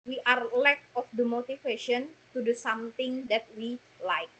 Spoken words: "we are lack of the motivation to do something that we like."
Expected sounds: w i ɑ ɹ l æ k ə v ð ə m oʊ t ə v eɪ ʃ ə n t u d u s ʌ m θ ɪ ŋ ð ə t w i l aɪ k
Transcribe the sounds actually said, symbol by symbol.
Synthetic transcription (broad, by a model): w i ɑ ɹ l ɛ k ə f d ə m oʊ t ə f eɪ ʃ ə n t u d u s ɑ m t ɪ ŋ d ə t w i l aɪ k